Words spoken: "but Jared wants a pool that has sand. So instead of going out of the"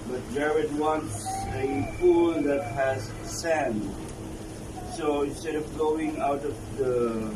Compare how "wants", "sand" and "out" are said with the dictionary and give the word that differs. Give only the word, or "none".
none